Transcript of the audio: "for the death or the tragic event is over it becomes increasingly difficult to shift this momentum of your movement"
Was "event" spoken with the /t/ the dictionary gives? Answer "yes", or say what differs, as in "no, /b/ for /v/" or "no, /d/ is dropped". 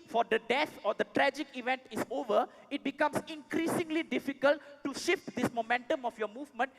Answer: yes